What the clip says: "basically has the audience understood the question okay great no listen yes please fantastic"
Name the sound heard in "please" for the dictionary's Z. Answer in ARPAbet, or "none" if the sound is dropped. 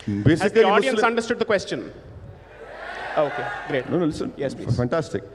none